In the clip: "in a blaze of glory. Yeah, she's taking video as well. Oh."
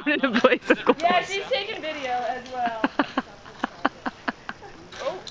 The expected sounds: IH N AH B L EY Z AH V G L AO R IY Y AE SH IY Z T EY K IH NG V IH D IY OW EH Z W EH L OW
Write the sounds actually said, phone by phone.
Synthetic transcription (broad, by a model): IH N AH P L EY S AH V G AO Y AE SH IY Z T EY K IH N V IH D IY OW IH Z W EH L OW